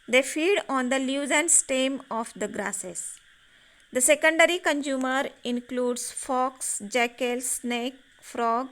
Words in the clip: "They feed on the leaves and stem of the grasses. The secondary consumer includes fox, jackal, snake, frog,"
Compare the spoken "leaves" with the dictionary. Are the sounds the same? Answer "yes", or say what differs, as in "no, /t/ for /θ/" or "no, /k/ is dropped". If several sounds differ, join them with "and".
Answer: no, /v/ is dropped